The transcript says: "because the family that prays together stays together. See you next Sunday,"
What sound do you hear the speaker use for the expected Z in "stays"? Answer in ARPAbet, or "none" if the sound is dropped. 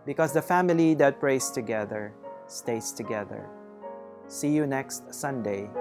S